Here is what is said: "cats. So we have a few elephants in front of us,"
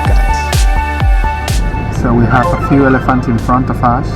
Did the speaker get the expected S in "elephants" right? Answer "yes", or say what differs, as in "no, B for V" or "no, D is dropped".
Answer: no, S is dropped